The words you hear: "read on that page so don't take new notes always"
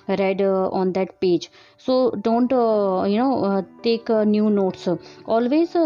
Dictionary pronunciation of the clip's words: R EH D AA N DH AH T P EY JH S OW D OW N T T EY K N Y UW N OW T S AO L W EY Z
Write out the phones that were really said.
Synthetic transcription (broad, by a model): R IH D AA N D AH T P EY JH S OW D OW N T T EY K N Y UW N OW T S AO L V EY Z